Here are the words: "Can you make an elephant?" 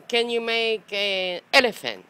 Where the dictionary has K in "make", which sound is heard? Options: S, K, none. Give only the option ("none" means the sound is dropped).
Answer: none